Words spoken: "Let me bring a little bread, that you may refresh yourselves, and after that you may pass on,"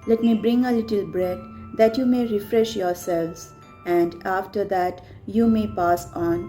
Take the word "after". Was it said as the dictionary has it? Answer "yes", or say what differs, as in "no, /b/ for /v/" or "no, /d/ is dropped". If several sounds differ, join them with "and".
yes